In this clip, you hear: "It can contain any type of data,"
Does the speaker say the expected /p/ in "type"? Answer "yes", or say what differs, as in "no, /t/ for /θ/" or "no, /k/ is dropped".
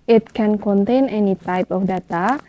yes